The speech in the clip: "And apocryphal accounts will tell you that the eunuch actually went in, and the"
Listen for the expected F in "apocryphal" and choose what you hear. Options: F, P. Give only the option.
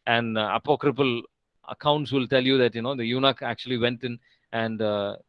P